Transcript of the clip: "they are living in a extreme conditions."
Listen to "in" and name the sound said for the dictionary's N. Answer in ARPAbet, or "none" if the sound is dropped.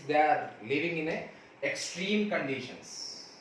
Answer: N